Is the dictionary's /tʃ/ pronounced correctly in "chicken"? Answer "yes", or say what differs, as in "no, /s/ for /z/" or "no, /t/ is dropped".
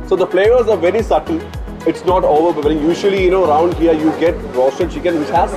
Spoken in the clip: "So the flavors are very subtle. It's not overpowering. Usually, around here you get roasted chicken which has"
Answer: no, /ʃ/ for /tʃ/